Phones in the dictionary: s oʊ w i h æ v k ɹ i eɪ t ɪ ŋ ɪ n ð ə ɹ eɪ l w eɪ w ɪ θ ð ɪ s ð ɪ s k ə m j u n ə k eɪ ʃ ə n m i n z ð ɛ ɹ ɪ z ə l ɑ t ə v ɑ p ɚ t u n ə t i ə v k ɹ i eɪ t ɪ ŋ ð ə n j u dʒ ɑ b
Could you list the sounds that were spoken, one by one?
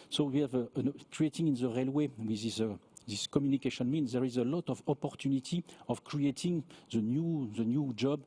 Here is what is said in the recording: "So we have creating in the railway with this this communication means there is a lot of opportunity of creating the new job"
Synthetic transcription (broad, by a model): s oʊ w i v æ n k ɹ i eɪ t ɪ ŋ ɪ n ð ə ɹ eɪ l w eɪ w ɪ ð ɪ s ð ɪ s k ə m j u n ə k eɪ ʃ ə n m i n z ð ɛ ɹ ɪ z ə l ɑ t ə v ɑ p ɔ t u n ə t i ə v k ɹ i eɪ t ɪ ŋ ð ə n j u dʒ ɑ b